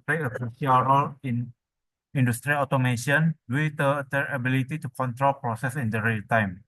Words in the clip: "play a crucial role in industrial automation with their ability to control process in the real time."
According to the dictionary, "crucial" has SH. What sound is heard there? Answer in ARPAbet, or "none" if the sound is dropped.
none